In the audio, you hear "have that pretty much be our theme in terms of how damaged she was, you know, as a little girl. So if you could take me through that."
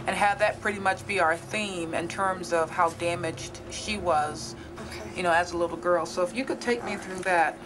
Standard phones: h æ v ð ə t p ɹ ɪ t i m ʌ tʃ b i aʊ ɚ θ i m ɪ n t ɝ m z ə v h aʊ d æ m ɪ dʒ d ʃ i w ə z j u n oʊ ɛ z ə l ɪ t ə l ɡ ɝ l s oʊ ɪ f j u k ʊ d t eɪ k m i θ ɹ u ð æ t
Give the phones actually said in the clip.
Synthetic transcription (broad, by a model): h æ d ð ə t p ɹ ɪ t i m ʌ tʃ b i aʊ ɚ θ i m ɪ n t ɝ m z ə v h aʊ d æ m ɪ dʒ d ʃ i w ə z j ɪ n oʊ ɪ z ə l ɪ t l ɡ ɝ l s oʊ ɪ f j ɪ k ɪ d t eɪ k m i θ ɹ u ð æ t